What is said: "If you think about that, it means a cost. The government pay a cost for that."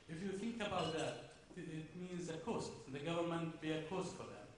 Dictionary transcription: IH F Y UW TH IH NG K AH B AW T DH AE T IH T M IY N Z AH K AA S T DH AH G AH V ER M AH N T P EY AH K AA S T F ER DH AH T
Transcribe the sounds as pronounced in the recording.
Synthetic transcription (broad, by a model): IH F Y UW TH IH NG K AH B AW T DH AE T IH T M IY N Z AH K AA S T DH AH G AH V ER M AH N T B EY AH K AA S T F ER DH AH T